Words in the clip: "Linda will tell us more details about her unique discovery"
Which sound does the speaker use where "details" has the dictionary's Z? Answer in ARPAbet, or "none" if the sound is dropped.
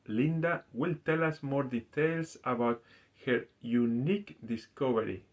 S